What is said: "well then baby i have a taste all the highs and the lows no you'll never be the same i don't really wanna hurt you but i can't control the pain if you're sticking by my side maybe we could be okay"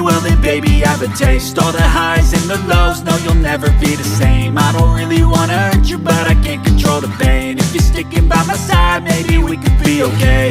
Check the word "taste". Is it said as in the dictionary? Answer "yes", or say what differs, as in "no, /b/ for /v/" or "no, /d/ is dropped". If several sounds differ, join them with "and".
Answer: yes